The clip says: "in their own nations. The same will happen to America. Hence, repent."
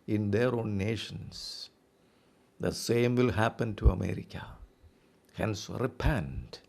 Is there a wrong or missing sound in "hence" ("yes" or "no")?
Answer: no